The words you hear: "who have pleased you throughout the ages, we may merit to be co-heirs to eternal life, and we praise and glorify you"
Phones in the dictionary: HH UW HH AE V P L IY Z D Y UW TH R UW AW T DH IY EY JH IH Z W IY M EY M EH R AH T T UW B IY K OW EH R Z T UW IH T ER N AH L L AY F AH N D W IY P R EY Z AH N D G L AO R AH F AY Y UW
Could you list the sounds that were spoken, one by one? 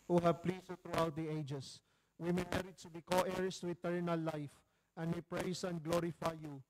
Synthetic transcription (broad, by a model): HH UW HH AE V P L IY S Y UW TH R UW AW T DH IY EY JH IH S W IY M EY M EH R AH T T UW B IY K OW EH R S T UW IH T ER N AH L L AY F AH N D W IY P R EY S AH N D G L AO R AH F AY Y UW